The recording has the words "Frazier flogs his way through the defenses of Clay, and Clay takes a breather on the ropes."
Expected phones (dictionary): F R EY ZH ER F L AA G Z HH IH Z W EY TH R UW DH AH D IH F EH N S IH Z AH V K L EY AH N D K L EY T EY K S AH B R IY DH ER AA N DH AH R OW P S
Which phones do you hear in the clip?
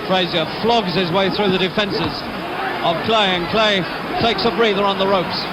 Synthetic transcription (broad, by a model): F R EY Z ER F L AA G Z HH IH Z W EY TH R UW DH AH D IH F EH N S IH Z AH V K L EY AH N K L EY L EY K S AH B R IY DH ER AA N DH AH R OW P S